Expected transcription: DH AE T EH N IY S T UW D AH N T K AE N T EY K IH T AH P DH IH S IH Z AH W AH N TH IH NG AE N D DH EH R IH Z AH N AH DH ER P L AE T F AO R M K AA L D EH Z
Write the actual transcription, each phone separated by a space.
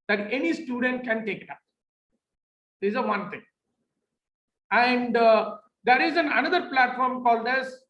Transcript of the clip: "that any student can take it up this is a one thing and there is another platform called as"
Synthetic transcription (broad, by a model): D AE T EH N IY S T UW D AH N T K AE N T EY K IH T AH P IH IH Z AH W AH N T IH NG AE N D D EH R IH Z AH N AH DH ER P L AE T F AO R M K AA L D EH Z